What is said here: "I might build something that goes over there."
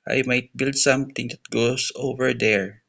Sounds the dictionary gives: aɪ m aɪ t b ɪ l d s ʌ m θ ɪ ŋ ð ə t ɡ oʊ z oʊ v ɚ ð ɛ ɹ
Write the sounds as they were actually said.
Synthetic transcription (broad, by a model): aɪ m aɪ t b ɪ l d s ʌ m t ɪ ŋ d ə t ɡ oʊ s oʊ v ɚ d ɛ ɹ